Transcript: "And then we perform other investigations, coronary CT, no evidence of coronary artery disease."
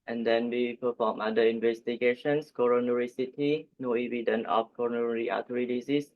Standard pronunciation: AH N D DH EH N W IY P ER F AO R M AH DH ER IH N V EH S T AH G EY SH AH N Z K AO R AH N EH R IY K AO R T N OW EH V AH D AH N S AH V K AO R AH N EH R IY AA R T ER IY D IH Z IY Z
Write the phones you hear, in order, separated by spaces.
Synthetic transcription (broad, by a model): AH N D EH N W IY P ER F AO M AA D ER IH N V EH S T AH G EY SH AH N S K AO R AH N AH R IY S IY T N OW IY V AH D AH N AH F K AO R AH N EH R IY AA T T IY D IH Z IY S